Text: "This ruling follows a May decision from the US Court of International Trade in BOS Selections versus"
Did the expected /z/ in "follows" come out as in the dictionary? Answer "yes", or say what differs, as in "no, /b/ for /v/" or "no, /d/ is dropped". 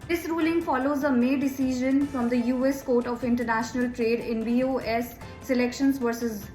yes